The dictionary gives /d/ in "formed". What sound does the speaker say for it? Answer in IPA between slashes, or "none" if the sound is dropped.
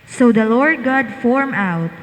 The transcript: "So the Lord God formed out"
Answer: none